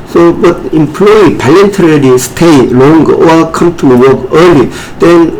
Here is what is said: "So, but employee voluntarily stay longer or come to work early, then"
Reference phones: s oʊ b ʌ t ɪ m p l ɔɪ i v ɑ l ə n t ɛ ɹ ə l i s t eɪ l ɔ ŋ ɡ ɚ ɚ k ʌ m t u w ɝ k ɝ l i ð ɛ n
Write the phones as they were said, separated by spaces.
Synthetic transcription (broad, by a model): s oʊ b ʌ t ɪ m p l ɔɪ i p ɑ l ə n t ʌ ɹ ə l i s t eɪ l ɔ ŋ ɡ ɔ k ʌ m t u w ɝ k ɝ l i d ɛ n